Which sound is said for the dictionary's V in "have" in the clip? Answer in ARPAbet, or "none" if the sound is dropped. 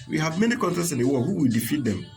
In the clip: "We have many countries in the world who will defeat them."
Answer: V